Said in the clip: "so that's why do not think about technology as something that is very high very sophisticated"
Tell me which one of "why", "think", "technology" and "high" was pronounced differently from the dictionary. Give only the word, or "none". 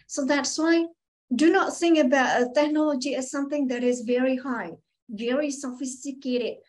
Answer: think